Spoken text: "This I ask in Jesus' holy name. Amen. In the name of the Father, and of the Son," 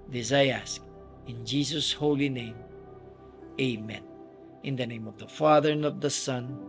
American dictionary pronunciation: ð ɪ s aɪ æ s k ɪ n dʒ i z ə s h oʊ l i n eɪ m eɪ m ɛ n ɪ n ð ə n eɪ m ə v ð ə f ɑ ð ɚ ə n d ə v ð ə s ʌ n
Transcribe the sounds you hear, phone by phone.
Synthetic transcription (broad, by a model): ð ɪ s aɪ æ s k ɪ n dʒ i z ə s h oʊ l i n eɪ m eɪ m ɛ n ɪ n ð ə n eɪ m ə v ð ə f ɑ ð ɚ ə n ə v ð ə s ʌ n